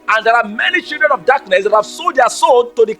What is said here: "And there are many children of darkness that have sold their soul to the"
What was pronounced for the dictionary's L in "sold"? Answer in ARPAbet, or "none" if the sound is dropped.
none